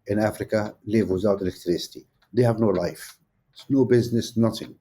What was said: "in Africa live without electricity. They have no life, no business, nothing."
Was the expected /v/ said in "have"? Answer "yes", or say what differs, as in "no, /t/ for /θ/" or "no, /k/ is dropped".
yes